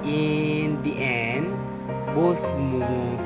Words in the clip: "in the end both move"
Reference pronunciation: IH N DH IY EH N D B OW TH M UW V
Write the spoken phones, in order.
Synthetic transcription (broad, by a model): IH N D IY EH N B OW S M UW